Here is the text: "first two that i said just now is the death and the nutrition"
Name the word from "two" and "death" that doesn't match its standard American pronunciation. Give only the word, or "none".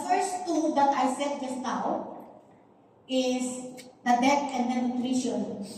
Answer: death